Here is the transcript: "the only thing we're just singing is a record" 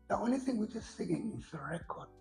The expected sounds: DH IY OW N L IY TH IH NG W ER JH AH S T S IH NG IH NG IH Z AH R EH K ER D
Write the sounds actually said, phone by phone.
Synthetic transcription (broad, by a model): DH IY OW N L IY TH IH NG W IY JH AH S T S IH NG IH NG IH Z AH R EH K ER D